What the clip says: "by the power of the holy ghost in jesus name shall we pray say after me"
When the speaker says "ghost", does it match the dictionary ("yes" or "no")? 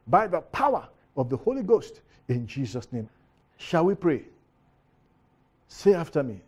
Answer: yes